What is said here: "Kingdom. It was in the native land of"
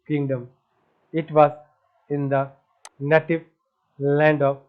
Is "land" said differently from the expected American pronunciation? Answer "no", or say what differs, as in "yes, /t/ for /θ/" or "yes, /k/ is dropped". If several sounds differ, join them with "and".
no